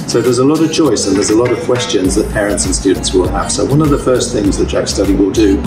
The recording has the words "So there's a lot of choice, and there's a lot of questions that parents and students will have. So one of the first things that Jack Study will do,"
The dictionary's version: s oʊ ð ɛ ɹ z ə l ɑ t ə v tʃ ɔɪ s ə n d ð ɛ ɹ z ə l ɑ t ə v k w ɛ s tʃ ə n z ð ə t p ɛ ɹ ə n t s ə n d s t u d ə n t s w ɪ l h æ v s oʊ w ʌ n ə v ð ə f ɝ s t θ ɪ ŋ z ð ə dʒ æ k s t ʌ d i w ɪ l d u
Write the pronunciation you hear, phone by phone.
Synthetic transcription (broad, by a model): s oʊ ð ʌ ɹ z ə l ɑ t ə v tʃ ɔɪ s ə n ð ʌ z ə l ɑ t ə v k w ɛ s tʃ ə n z ð ə t p ɛ ɹ ə n t s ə n s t u d n t s w ɪ l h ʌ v s oʊ w ʌ n ə v ð ə f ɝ s θ ɪ ŋ z ð ə tʃ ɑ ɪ s t ʌ d i w ɪ l d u